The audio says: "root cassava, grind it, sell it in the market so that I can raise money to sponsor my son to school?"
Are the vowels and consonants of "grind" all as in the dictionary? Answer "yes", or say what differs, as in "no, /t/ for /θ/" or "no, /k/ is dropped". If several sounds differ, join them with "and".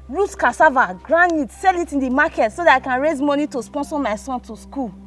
no, /d/ is dropped